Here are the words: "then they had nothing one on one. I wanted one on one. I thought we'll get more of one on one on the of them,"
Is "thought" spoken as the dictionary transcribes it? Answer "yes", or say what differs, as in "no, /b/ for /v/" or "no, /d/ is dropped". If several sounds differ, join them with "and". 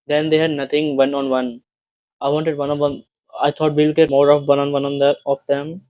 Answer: no, /t/ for /θ/